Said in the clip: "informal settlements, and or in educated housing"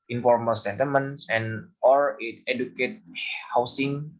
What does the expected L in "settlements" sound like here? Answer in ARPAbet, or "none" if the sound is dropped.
none